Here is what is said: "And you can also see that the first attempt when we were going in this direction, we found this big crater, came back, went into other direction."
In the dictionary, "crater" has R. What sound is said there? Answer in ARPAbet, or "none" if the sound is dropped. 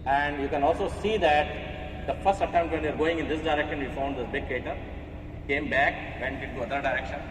none